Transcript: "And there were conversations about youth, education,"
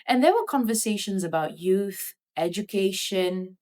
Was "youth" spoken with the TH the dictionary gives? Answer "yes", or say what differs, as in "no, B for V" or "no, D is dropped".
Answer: yes